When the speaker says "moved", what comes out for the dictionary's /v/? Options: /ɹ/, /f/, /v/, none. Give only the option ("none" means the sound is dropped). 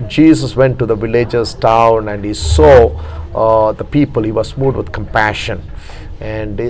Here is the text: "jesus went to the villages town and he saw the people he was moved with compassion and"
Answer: none